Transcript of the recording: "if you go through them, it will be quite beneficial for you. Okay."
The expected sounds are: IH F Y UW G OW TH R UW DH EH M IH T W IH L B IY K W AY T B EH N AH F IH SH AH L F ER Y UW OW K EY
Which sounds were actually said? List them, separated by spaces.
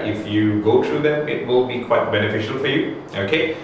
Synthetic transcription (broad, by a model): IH F Y UW G OW T R UW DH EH M IH T W IH L B IY K W AY T B EH N AH F IH SH AH L F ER Y UW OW K EY